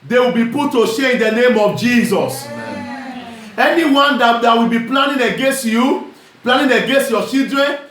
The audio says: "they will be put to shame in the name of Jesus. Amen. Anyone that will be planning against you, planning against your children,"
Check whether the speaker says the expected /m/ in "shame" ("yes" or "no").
no